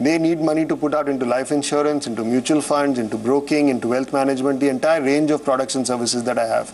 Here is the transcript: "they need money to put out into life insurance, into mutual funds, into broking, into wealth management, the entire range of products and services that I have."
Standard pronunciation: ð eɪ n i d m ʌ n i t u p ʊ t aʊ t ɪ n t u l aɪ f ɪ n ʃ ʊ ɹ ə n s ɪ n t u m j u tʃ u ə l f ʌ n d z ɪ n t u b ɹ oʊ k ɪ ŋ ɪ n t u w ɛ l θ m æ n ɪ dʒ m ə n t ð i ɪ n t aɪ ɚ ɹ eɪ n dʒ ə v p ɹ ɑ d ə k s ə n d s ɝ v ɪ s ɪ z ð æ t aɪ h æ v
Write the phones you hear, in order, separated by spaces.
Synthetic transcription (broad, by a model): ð eɪ n i d m ʌ n i t u p ʊ t aʊ t ɪ n t u l aɪ f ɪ n ʃ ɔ ɹ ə n s ɪ n t u m j u tʃ u ə l f ʌ n d z ɪ n t u b ɹ oʊ k ɪ ŋ ɪ n t u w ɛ l t m æ n ɪ dʒ m ə n t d i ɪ n t aɪ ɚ ɹ eɪ n dʒ ə v p ɹ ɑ d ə k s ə n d s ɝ v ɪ s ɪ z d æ t aɪ h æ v